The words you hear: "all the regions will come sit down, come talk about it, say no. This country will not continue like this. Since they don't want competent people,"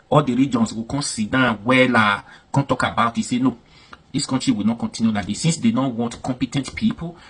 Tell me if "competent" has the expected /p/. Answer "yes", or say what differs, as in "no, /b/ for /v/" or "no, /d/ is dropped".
yes